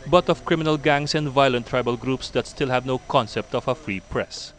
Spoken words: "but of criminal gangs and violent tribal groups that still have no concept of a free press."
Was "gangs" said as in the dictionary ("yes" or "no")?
no